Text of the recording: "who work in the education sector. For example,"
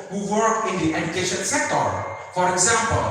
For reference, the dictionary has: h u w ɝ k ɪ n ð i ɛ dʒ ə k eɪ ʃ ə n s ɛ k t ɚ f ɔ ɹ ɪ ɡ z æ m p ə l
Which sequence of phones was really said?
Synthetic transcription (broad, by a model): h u w ɝ k ɪ n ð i ɛ dʒ ə k eɪ ʃ ə n s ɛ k t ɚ f ɔ ɹ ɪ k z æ m p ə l